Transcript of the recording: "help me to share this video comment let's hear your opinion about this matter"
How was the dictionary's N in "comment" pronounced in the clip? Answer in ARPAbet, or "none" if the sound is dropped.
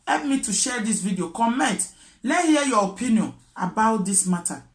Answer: N